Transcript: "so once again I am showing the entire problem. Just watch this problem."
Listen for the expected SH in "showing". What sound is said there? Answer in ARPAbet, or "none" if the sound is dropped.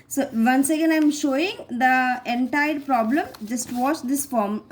SH